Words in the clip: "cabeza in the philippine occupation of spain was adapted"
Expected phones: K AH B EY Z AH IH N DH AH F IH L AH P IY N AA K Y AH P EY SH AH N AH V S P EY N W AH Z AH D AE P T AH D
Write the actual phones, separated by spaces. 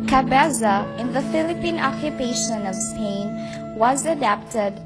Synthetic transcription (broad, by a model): K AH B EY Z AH IH N DH AH F IH L AH P IY N AA K Y AH P EY SH AH N AH V S P EY N W AH Z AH D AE P T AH D